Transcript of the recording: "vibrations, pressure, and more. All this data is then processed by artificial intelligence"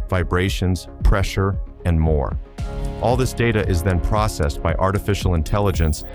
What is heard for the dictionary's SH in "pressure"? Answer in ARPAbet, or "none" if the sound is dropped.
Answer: SH